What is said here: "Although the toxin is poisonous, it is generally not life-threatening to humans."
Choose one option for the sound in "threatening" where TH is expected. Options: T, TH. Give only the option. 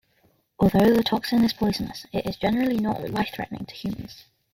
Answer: TH